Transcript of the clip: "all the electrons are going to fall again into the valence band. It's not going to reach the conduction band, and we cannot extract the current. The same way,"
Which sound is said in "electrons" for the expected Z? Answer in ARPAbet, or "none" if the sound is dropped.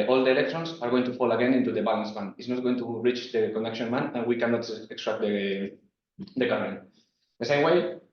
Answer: S